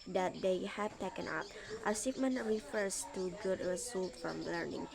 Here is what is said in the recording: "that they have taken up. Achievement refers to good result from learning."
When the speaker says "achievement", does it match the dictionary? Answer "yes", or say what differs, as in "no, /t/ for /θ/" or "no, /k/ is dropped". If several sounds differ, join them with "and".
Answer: no, /s/ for /tʃ/